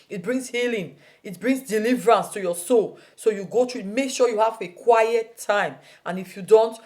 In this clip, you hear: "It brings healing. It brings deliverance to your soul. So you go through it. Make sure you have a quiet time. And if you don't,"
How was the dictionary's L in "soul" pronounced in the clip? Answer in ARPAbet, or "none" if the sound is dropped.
L